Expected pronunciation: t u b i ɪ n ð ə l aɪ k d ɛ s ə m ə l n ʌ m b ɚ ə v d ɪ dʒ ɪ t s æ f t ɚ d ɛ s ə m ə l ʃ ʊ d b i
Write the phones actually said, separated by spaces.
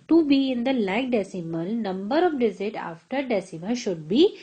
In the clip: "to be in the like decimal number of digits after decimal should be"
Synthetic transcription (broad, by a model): t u b i ɪ n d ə l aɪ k d ɛ s ə m ə l n ʌ m b ɚ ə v d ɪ z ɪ t ɑ f t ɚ d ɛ s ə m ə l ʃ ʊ d b i